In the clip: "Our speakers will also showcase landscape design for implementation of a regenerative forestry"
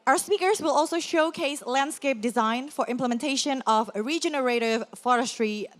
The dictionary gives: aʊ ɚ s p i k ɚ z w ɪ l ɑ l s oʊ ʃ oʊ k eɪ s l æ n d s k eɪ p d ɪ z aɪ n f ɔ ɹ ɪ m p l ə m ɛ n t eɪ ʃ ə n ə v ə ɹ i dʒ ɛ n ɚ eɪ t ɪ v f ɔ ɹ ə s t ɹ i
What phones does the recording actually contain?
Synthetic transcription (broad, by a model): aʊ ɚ s p i k ɚ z w ɪ l ɑ l s oʊ ʃ oʊ k eɪ s l æ n d s k eɪ p d ɪ z aɪ n f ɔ ɹ ɪ m p l ə m ɛ n t eɪ ʃ ə n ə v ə ɹ i dʒ ɛ n ɚ eɪ t ɪ v f ɔ ɹ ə s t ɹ i